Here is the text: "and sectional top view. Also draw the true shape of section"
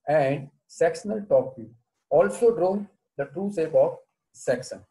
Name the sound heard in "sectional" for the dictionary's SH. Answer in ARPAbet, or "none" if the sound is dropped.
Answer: S